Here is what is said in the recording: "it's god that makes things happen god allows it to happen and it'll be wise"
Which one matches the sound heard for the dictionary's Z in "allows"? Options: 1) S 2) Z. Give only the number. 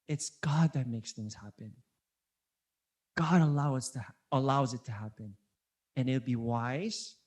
2